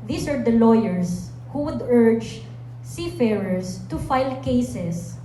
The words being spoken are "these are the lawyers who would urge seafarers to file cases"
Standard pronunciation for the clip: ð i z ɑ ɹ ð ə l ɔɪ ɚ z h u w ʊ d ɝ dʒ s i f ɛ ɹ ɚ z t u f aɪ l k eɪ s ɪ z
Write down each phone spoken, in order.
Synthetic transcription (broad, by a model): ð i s ɑ ɹ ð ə l ɔɪ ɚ s h u w ʊ d ɝ dʒ s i f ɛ ɹ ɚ s t u f aɪ l k eɪ s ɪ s